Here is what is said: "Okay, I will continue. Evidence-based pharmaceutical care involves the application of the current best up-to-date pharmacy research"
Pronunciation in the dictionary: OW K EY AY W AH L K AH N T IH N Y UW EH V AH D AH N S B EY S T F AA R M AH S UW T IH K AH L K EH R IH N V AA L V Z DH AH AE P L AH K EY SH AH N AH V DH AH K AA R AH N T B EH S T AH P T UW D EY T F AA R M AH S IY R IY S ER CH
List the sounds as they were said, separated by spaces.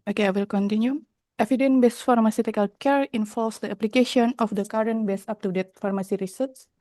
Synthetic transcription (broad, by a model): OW K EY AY W AH L K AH N T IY N Y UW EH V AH D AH N B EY S F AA R M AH S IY T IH K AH L K EH R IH N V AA L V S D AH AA P L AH K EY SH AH N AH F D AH K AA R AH N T B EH S AA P T UW D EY T F AA R M AH S IY R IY S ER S